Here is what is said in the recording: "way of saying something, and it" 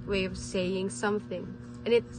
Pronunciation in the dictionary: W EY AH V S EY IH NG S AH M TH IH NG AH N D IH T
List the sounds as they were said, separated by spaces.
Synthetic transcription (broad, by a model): W EY AH V S EY IH NG S AH M TH IH NG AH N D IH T